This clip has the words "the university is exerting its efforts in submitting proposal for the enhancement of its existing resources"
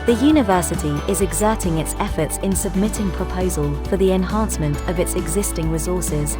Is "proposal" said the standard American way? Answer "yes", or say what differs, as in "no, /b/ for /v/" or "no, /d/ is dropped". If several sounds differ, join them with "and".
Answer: yes